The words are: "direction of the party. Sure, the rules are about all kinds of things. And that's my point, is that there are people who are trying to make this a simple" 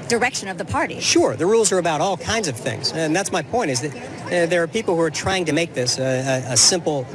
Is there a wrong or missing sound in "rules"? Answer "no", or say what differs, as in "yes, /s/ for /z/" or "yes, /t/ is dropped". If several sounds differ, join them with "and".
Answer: no